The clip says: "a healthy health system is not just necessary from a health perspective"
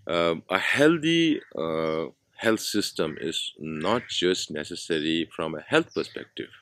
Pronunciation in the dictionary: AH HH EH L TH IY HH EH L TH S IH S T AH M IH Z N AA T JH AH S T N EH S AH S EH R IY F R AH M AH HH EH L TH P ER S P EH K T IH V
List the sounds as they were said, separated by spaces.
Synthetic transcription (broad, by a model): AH HH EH L T IY HH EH L T S IH S T AH M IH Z N AA T JH AH S T N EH S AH S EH R IY F R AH M AH HH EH L T P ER S P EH K T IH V